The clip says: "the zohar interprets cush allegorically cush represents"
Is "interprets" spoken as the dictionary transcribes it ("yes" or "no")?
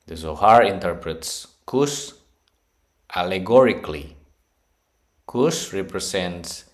yes